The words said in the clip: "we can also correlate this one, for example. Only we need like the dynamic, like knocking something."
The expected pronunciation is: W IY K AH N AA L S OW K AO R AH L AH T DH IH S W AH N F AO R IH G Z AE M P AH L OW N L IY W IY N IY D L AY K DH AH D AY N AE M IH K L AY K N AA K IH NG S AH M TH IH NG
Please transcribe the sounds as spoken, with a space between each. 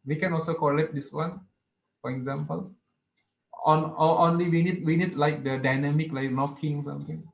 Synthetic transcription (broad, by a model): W IY K AH N AA L S OW K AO L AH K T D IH S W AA N F AO R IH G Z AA M P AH L OW N L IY W IY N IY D L AY K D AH D AY N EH M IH K L AY K N AA K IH NG S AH M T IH NG